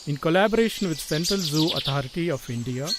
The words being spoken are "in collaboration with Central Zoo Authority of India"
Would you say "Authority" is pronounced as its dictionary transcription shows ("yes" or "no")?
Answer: no